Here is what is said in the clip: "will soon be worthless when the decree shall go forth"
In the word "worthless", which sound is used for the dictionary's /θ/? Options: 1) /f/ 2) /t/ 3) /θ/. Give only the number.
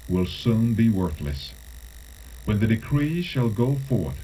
3